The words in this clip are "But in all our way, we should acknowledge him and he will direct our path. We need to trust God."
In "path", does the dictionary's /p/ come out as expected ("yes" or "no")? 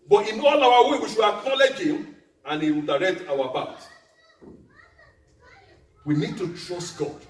no